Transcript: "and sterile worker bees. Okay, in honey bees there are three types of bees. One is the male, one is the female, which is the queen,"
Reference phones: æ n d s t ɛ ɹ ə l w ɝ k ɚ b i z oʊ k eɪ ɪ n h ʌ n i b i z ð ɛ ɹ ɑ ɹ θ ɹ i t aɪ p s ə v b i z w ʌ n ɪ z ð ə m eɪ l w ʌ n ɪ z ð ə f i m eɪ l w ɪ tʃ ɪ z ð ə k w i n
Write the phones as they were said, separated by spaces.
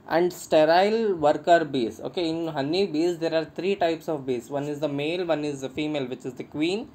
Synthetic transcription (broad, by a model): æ n d s t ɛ ɹ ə l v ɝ k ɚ b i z oʊ k eɪ ɪ n h ʌ n i b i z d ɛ ɹ ɑ ɹ t ɹ i t aɪ p s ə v b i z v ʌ n ɪ z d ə m eɪ l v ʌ n ɪ z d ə f i m eɪ l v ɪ tʃ ɪ z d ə k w i n